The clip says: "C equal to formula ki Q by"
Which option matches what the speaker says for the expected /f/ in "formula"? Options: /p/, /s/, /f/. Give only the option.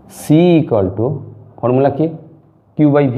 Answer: /p/